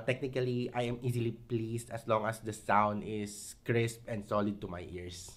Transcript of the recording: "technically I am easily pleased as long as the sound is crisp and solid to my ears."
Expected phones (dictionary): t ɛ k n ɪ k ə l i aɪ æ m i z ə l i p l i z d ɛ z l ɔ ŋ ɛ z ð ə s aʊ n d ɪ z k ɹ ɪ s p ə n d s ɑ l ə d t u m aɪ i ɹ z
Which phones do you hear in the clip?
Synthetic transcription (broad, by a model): t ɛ k n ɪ k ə l i aɪ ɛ m i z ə l i p l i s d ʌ s l ɔ ŋ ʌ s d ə s aʊ n d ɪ s k ɹ ɪ s p ə n d s ɑ l ə d t u m aɪ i ɹ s